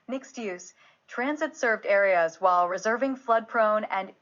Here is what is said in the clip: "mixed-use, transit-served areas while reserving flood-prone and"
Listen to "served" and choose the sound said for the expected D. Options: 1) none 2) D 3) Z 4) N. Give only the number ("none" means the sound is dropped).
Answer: 2